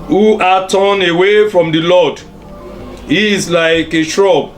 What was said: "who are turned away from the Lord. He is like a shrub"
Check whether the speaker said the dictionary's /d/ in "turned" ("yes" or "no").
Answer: no